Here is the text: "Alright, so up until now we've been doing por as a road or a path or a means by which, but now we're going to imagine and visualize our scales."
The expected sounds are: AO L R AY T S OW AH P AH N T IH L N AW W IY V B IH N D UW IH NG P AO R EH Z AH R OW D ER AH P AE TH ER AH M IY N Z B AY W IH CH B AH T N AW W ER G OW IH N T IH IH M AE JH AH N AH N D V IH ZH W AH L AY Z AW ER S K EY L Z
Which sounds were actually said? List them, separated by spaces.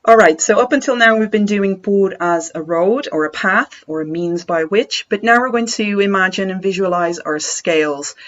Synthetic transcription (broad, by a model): AO L R AY T S OW AH P AH N T IH L N AW W IY V B IH N D UW IH NG B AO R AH Z AH R OW D ER AH P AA TH ER AH M IY N Z B AY W IH CH B AH T N AW W ER G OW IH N T IH IH M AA JH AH N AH N V IH ZH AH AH L AY Z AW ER S K EY L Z